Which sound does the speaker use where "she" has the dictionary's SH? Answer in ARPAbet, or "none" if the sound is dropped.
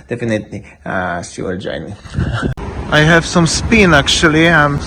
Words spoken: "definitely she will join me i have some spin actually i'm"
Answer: S